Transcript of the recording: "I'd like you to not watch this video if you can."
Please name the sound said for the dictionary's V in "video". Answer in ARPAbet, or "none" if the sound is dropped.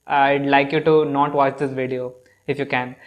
V